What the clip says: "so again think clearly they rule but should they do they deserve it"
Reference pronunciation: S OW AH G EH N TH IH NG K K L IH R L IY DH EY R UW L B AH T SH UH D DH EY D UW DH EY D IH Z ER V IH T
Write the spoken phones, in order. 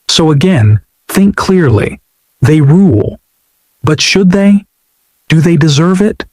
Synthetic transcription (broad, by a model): S OW AH G EH N TH IH NG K K L IH R L IY DH EY R UW L B AH T SH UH D DH EY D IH DH EY D IH Z ER V IH T